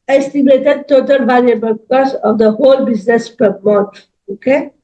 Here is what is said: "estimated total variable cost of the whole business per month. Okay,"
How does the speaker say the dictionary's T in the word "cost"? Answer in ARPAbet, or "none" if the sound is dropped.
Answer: none